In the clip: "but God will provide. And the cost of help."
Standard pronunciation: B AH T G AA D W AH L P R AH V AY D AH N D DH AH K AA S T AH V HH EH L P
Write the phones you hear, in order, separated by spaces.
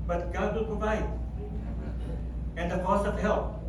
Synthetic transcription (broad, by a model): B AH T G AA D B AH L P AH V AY AH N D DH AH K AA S AH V HH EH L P